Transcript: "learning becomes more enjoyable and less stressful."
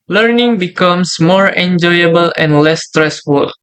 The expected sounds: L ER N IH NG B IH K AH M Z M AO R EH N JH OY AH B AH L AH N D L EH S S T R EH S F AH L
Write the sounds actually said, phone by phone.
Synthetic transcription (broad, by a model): L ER N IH NG B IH K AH M S M AO R EH N JH OY AH B AH L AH N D L EH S S T R EH S F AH L